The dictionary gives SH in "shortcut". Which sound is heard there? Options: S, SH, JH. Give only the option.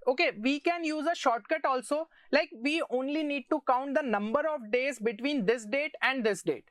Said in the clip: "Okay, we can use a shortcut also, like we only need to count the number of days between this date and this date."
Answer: SH